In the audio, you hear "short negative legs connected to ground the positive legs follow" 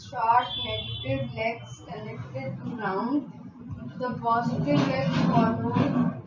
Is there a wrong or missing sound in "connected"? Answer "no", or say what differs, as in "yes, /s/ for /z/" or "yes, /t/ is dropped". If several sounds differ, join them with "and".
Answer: yes, /l/ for /n/